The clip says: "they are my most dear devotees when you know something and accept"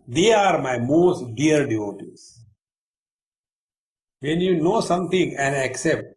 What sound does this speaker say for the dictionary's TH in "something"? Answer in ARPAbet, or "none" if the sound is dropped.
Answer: T